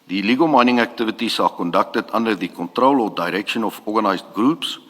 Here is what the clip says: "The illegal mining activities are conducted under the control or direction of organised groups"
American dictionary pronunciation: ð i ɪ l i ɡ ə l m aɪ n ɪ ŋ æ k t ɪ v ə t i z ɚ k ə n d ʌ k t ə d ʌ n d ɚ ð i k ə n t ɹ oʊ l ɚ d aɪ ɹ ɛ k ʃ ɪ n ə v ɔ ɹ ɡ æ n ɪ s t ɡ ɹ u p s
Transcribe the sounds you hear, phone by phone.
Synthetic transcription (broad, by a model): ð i l i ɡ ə l m aɪ n ɪ ŋ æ k t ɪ v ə t i s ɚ k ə n d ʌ k t ə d ʌ n d ɚ ð i k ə n t ɹ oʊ l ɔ d aɪ ɹ ɛ k ʃ ɪ n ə f ɔ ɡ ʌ n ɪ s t ɡ ɹ u p s